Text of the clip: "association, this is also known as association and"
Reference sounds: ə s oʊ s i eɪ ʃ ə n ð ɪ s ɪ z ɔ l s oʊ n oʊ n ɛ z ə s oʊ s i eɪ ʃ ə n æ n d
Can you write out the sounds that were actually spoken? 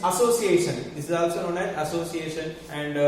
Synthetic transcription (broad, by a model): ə s oʊ s i eɪ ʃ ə n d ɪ s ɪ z ɔ l s oʊ n oʊ n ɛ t ə s oʊ s i eɪ ʃ ə n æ n d